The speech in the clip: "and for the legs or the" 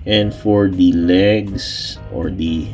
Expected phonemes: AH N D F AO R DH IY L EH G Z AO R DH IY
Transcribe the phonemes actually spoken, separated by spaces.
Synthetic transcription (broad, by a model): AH N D F AO R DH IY L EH G S AO R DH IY